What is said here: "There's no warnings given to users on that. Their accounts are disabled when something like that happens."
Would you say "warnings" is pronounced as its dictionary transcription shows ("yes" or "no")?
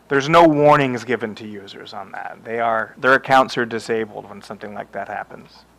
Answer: yes